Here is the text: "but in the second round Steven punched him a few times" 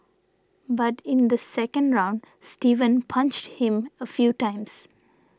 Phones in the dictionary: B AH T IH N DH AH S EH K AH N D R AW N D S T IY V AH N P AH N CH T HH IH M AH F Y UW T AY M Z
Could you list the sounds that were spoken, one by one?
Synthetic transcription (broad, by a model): B AH T IH N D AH S EH K AH N D R AW N D S T IY V AH N P AH N CH T HH IH M AH F Y UW T AY M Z